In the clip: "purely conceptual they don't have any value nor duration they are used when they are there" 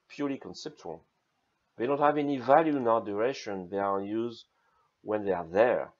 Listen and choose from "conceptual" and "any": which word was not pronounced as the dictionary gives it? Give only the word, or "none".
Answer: none